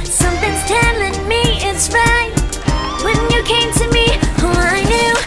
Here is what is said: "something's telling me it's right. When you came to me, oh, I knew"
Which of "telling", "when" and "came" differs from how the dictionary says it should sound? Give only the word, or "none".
none